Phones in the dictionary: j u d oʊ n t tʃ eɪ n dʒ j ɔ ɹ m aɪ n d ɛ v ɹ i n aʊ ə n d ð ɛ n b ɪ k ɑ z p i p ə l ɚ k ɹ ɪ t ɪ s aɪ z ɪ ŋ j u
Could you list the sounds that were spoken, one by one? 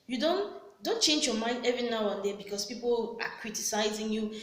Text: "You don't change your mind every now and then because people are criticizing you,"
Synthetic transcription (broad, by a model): j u d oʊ n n tʃ eɪ n dʒ j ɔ m aɪ n d ɛ v ɹ i n aʊ ə n d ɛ b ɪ k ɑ s p i p ə l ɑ k ɹ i t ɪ s aɪ z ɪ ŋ j u